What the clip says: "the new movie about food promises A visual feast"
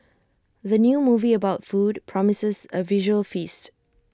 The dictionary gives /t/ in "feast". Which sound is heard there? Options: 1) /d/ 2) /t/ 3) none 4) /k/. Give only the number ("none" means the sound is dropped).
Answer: 2